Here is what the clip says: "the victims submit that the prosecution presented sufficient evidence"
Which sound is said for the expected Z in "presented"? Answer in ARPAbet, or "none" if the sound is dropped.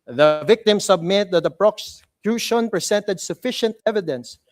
S